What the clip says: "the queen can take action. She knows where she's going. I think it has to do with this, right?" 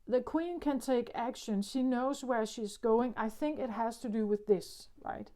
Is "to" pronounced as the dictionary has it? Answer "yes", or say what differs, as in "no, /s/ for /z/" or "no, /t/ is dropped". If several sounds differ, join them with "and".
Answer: yes